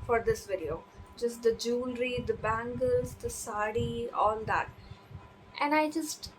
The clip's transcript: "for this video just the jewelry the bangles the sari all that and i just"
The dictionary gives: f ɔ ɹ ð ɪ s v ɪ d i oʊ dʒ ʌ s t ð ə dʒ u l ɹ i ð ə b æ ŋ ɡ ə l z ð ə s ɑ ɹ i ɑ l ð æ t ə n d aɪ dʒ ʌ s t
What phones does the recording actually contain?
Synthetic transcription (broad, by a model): f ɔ ɹ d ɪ s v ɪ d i oʊ dʒ ʌ s t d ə dʒ u l ɹ i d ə b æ ŋ ɡ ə l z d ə s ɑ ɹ i ɑ l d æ t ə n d aɪ dʒ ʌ s t